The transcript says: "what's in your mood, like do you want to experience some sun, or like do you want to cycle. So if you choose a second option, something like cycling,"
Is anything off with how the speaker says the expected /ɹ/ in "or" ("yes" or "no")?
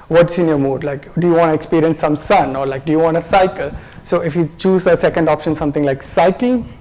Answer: no